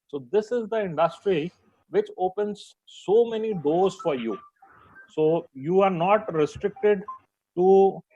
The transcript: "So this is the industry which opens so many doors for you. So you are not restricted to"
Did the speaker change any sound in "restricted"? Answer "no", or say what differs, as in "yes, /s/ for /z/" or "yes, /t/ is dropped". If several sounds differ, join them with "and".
no